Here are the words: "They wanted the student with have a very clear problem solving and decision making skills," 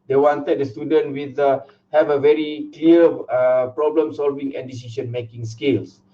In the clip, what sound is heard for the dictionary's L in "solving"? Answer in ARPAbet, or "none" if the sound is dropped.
L